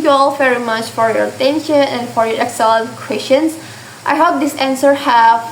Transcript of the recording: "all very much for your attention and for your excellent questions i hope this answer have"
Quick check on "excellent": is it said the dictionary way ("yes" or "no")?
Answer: no